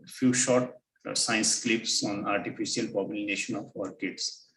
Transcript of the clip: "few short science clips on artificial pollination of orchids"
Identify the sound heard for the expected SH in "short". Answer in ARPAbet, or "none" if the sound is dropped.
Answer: SH